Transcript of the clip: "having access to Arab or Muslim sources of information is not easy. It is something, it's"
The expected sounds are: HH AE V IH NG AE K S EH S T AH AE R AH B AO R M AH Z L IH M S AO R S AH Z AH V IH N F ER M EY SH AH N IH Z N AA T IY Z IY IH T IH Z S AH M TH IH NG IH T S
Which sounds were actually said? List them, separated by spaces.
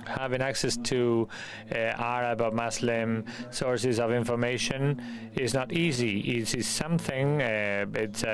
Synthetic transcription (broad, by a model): HH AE V IH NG AE K S EH S T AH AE R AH B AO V M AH S L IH M S AO R S AH Z AH V IH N F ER M EY SH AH N IH Z N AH T IY Z IY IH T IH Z S AH M TH IH NG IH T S